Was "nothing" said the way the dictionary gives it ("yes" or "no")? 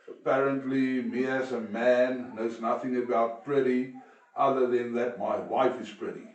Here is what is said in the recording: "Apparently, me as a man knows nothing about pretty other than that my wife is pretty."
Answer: yes